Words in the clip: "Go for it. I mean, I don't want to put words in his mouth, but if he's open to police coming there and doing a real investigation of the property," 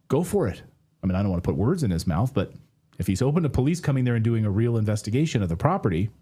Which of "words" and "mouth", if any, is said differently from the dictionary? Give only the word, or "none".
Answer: none